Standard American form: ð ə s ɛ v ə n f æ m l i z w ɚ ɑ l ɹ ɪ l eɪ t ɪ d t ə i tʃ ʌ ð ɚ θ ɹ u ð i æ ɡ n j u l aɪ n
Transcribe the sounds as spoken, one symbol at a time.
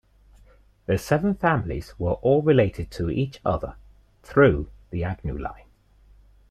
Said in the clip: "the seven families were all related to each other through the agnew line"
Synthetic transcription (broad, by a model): ð ə s ɛ v ə n f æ m l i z w ɚ ɑ l ɹ ɪ l eɪ t ɪ d t ə i tʃ ʌ ð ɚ θ ɹ u ð i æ ɡ n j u l aɪ n